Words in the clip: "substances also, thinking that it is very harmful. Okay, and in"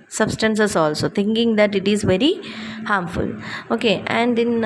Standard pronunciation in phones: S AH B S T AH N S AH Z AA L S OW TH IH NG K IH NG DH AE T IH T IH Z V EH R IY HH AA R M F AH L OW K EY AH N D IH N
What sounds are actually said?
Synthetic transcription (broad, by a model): S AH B S T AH N S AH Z AA L S OW T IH NG K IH NG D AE T IH T IH Z V EH R IY HH AA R M F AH L OW K EY AH N D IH N